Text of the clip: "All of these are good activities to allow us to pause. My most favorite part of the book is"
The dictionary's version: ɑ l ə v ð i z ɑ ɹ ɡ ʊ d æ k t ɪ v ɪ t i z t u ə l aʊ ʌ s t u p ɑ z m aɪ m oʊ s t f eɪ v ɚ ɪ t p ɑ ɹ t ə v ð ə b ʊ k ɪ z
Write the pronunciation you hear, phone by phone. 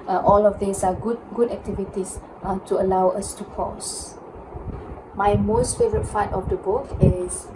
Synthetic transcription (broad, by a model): ɑ l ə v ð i s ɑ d ɡ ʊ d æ k t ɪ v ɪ t i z t u ə l aʊ ʌ s t u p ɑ s m aɪ m oʊ s t f eɪ v ɚ ɪ t f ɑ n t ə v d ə b ʊ k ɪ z